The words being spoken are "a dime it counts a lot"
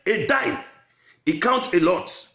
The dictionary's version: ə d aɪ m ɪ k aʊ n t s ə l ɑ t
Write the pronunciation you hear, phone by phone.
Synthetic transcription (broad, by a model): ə d aɪ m ɪ k aʊ n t ə l ɑ t